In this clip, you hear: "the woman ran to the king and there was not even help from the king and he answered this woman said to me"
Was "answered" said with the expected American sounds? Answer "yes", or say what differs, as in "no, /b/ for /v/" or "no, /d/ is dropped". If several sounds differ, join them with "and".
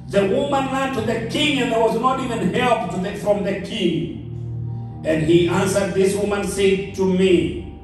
yes